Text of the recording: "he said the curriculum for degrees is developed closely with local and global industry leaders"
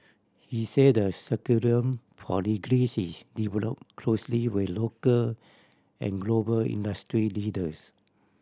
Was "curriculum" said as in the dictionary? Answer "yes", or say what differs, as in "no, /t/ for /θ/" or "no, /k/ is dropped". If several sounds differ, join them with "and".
no, /l/ is dropped